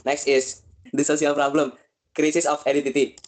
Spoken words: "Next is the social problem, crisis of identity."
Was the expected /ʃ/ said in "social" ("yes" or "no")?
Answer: no